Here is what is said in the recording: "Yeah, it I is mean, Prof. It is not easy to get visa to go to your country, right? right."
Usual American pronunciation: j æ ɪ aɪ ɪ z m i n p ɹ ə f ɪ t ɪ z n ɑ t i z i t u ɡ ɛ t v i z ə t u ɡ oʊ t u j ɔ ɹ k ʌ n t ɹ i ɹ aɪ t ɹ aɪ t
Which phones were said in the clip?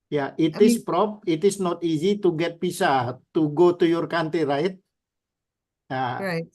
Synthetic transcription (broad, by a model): j ɪ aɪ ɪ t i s p ɹ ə p ɪ t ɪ s n ɑ t i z i t u ɡ ɛ t p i s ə t u ɡ oʊ t u j ɔ ɹ k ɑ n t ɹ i ɹ aɪ t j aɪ